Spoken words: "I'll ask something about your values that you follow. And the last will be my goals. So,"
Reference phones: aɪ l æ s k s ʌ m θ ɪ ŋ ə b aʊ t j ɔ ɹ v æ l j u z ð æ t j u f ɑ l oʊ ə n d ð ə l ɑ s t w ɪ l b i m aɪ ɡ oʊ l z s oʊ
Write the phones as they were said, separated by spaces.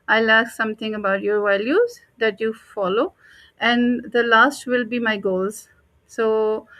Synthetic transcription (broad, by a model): aɪ l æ k s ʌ m t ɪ ŋ ə b aʊ t j ɔ ɹ v æ l j u z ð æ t j u f ɑ l oʊ ə n d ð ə l ɑ s t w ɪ l b i m aɪ ɡ oʊ l z s oʊ